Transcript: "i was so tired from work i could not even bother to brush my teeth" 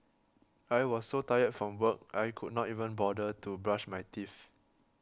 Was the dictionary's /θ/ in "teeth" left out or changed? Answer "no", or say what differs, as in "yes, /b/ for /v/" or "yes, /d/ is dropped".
yes, /f/ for /θ/